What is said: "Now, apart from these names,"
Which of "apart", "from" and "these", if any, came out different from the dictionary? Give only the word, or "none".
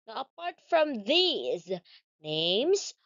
none